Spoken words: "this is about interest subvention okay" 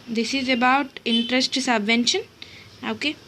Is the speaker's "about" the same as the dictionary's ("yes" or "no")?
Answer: yes